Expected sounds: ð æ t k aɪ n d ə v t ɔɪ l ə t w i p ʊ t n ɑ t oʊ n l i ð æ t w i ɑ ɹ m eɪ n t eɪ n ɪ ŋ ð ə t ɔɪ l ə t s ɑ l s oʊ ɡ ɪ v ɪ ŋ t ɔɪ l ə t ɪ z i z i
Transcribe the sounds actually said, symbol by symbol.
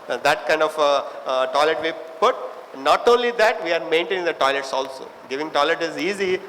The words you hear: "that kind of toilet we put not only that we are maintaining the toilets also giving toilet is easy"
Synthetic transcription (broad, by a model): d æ t k aɪ n d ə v t ɔɪ l ə t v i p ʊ t n ɑ t oʊ n l i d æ t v i ɑ ɹ m eɪ n t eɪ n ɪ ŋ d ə t ɔɪ l ə t s ɑ l s oʊ ɡ ɪ v ɪ ŋ t ɔɪ l ə t ɪ z i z i